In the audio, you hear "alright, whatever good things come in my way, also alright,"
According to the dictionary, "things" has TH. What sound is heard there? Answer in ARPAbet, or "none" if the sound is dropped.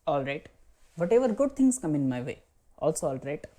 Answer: T